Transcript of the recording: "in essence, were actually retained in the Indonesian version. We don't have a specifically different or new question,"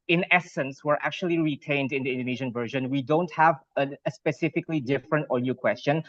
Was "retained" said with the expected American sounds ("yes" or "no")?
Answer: yes